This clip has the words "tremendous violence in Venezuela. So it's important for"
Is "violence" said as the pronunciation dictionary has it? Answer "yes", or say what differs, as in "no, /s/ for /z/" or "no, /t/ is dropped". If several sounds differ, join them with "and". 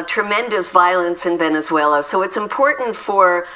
yes